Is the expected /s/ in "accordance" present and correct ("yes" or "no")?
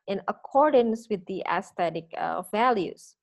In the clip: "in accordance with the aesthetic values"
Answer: yes